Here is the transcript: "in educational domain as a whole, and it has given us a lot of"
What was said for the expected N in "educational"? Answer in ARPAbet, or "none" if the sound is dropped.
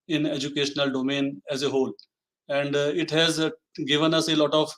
N